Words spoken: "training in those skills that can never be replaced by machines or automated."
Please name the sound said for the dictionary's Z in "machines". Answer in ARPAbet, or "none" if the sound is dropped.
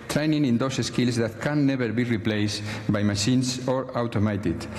S